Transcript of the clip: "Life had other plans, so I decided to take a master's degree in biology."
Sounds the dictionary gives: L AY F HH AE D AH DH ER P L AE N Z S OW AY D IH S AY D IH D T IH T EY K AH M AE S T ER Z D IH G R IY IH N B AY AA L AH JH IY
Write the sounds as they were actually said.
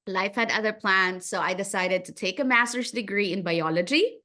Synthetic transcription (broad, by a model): L AY F HH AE D AH DH ER P L AE N Z S OW AY D IH S AY D IH D T IH T EY K AH M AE S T ER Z D IH G R IY IH N B AY AA L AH JH IY